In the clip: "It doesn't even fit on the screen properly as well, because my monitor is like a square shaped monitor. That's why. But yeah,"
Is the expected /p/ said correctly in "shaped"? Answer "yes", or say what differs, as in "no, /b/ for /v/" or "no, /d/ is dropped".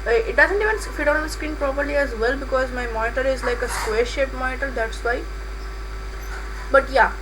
no, /p/ is dropped